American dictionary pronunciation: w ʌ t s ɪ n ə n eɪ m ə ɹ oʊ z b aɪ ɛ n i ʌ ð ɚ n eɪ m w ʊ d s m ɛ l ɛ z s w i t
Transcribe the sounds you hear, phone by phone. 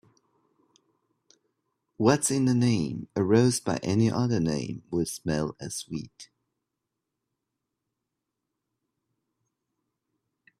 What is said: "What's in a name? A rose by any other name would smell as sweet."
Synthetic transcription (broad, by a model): w ʌ t s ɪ n ə n eɪ m ə ɹ oʊ z b aɪ ɛ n i ʌ ð ɚ n eɪ m w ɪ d s m ɛ l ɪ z s w i t